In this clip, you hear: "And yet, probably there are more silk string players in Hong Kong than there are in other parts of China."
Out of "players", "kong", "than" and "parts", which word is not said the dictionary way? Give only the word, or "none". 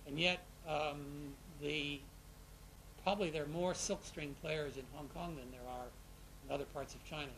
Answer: none